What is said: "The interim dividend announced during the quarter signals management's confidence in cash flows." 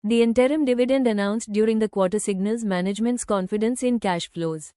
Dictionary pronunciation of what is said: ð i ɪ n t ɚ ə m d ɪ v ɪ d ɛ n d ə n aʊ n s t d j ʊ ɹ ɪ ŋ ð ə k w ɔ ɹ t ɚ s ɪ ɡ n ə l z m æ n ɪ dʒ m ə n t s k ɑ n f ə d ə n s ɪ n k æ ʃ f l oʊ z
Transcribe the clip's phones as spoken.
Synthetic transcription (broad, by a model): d i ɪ n t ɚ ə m d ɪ v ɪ d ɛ n d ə n aʊ n s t d j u ɹ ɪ ŋ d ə k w ɔ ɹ t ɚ s ɪ ɡ n ə l z m æ n ɪ dʒ m ə n t s k ɑ n f ə d ə n s ɪ n k æ ʃ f l oʊ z